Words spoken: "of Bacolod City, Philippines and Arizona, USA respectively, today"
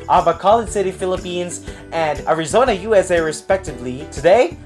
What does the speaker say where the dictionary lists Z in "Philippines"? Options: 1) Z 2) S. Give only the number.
1